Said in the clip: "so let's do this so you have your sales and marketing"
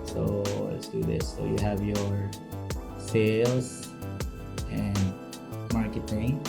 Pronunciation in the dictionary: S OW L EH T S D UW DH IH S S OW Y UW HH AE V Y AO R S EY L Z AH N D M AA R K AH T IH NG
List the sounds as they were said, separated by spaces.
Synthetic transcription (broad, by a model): S OW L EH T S D UW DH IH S S OW Y UW HH AE V Y AO R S EY L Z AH N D M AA R K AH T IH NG